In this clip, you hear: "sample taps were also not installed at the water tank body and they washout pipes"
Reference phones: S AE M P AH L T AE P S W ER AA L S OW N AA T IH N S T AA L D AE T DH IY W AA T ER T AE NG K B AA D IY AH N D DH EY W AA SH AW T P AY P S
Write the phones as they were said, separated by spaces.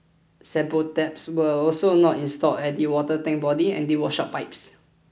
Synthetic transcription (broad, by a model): S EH P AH T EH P S W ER AA L S OW N AA T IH N S T AA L EH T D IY W AA T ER T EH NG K B AA D IY AH N D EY W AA SH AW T P AY P S